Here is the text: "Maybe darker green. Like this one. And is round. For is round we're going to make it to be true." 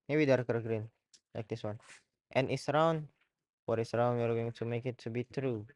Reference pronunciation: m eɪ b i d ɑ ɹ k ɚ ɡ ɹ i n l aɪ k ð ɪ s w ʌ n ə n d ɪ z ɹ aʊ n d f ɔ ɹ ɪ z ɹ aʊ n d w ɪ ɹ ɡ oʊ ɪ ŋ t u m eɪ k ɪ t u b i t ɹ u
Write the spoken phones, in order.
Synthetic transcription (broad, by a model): m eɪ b i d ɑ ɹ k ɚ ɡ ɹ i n l aɪ k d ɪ s w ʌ n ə n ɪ s ɹ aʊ n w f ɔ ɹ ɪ s ɹ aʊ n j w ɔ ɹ ɡ oʊ ɪ ŋ t u m eɪ k ɪ t u b i t ɹ u